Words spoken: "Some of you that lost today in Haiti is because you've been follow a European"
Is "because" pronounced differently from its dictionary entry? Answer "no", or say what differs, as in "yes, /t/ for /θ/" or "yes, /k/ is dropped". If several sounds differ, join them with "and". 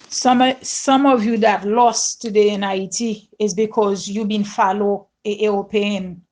no